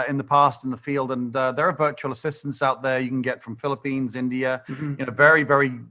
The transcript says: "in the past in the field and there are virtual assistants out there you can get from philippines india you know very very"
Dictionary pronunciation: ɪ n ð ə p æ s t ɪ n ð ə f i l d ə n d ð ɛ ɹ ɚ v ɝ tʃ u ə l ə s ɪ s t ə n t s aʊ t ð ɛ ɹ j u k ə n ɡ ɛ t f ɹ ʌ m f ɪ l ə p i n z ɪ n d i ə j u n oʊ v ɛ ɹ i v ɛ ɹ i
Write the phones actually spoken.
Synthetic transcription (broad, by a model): ɪ n ð ə p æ s t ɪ n ð ə f i l d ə n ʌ ð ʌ ɹ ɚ v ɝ tʃ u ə l ə s ɪ s t ə n t s aʊ t ð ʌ ɹ j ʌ k ə n ɡ ɛ t f ɹ ʌ m f ɪ l ə p i n z ɪ n d i ə j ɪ n oʊ v ɛ ɹ i v ɛ ɹ i